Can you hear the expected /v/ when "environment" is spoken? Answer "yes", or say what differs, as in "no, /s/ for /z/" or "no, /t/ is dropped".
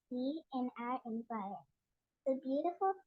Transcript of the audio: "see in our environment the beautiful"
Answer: no, /p/ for /v/